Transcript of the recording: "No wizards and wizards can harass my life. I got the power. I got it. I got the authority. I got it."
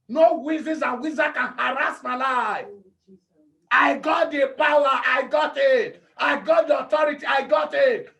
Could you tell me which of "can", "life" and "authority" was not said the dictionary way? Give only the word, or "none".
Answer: authority